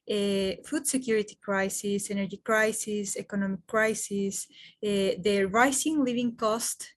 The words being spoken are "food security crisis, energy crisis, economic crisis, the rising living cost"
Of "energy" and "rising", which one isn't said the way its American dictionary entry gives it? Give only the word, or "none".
rising